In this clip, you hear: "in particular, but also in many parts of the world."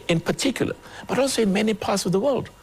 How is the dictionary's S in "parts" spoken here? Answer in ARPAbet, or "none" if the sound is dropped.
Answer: S